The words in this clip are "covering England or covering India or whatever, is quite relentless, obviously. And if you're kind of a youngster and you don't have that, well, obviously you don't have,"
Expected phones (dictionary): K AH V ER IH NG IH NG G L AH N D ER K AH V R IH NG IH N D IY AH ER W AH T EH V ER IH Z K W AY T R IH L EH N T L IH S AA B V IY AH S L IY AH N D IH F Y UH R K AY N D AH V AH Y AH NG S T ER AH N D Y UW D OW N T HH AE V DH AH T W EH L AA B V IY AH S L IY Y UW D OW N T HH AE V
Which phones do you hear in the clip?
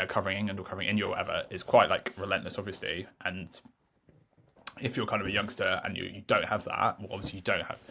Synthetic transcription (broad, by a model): K AH V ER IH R IH NG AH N ER K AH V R IH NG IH N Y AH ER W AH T EH V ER IH Z K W AY T R IH L EH N T L IH S AA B V IY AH S L IY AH N IH F Y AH K AY N D AH V AH Y AH NG S T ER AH N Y Y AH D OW N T HH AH V DH AH T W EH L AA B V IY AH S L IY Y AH D OW N T HH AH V